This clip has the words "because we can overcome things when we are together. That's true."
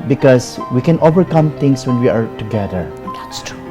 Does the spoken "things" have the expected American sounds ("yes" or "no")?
no